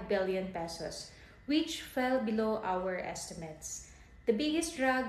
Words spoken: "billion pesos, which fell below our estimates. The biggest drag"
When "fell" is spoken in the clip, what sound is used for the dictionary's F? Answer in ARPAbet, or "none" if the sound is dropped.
F